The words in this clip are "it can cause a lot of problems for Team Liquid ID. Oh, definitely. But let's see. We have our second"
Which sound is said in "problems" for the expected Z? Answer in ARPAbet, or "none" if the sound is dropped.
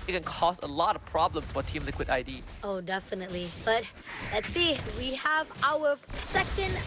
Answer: S